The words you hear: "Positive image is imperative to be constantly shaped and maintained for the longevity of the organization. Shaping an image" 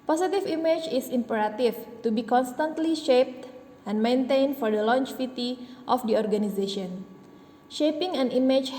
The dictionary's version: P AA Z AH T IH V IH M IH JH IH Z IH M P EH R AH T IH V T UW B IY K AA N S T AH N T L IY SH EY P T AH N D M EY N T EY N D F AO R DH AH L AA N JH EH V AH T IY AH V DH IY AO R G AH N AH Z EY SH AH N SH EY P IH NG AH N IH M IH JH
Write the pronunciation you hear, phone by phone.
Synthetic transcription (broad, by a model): P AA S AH T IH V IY M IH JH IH S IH M P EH R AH T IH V T UW B IY K AA N S T AH N T L IY SH EY P T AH N M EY N T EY N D F AO R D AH L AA N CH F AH T IY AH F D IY AO R G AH N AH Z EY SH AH N SH EY P IH NG AH N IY M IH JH